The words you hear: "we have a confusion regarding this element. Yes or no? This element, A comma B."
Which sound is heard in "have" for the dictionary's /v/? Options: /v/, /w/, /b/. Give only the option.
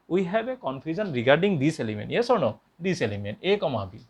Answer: /b/